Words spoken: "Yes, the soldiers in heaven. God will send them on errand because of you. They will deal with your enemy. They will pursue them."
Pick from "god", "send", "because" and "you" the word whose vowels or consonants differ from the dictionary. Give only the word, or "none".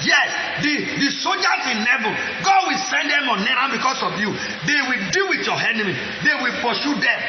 because